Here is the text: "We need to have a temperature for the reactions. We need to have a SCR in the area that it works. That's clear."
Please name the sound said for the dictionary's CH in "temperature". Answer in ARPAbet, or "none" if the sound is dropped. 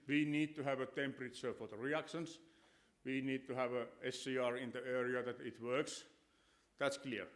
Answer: S